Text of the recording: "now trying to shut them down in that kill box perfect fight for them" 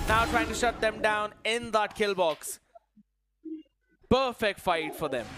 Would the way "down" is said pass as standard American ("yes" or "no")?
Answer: yes